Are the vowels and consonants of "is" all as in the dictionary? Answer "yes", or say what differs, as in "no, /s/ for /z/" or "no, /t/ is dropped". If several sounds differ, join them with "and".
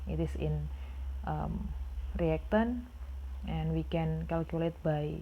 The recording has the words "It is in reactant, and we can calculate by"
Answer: no, /s/ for /z/